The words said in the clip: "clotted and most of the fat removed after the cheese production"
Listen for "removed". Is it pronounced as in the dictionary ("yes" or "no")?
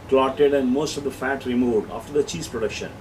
yes